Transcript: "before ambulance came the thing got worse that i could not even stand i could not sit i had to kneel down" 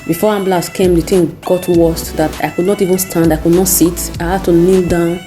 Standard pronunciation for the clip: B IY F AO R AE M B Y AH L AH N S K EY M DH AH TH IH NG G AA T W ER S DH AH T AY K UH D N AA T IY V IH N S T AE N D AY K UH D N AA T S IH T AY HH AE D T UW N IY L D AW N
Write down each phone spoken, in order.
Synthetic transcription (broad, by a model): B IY F AO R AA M B L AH S K EY M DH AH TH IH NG G AA T W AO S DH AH T AY K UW D N AA T IY V IH N S T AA N D AY K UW D N AA T S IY T AY HH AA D T UW N IY L D AW N